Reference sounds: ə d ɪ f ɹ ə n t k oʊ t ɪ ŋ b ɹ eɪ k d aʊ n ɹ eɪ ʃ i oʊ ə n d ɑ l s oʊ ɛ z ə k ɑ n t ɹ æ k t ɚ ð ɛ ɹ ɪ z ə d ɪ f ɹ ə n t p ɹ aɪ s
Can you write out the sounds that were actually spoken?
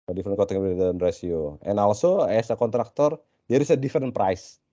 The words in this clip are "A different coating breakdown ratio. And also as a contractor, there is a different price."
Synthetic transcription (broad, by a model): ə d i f ɹ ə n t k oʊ t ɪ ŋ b eɪ d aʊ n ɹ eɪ s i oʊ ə n ɑ l s oʊ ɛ s ə k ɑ n t ɹ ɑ k t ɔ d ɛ ɹ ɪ s ə d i f ɹ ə n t p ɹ aɪ s